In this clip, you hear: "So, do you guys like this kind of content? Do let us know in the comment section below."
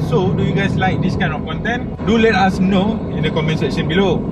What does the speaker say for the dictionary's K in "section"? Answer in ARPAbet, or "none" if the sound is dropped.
none